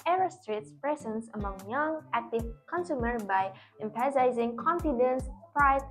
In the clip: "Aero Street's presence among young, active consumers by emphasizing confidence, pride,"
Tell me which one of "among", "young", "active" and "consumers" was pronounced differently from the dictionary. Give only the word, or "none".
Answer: consumers